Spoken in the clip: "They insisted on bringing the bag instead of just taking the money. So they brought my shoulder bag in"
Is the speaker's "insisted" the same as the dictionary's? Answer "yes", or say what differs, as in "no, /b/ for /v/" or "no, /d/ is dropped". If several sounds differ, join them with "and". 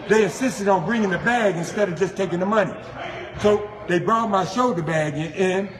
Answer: yes